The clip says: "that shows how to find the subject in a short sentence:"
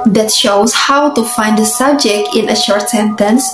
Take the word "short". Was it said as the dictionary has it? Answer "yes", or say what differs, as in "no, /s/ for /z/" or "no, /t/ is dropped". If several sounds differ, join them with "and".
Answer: yes